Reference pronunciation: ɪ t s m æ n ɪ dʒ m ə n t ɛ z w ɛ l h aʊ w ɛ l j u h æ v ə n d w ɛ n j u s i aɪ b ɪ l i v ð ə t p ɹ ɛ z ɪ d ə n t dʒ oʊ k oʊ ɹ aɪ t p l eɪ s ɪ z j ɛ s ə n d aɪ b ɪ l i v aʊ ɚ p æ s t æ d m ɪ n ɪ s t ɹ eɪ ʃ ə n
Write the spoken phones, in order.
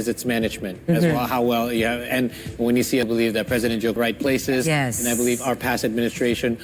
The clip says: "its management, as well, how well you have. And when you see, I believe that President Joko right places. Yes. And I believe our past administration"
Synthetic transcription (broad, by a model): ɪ t s m æ n ɪ dʒ m ə n t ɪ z w ɛ l h aʊ w ɛ l j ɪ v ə n w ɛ n j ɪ s i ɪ b ɪ l i v ð ə t p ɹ ɛ z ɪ d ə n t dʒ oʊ ʊ ɹ aɪ t p l eɪ s ɪ z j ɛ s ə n aɪ b ɪ l i v aʊ ɚ p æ s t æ d m ɪ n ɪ s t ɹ eɪ ʃ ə n